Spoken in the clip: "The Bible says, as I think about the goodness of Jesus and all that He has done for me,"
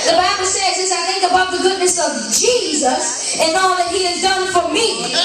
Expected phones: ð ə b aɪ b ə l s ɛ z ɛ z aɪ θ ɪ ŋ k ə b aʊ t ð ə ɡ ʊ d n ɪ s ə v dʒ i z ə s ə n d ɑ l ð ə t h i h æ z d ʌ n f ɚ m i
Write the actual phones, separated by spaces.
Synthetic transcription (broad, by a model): ð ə b aɪ b l s ɛ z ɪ s aɪ θ ɪ ŋ k ə b aʊ t ð ə ɡ ʊ d n ɪ s ə v dʒ i z ə s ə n ɑ l ð ə t h i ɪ z d ʌ n f ɚ m i